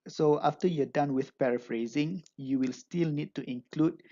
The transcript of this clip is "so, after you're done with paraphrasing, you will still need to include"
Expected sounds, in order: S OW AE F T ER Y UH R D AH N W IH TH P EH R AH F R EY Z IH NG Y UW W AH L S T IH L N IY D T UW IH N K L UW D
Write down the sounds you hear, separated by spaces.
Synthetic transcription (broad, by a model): S OW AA F T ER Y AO D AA N W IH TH P EH R AH F R EY Z IH NG Y UW W AH L S T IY L N IY D T UW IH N K L UW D